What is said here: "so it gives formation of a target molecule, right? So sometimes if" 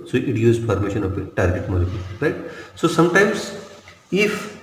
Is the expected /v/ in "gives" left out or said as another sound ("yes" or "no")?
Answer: yes